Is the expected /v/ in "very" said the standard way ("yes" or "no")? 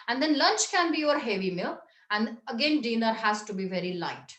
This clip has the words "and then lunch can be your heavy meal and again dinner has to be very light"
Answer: yes